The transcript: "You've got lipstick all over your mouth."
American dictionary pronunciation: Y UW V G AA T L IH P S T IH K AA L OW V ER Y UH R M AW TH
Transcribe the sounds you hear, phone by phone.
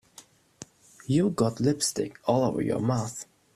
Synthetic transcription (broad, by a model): Y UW G AA T L IH P S T IH K AA L OW V ER Y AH R M AW TH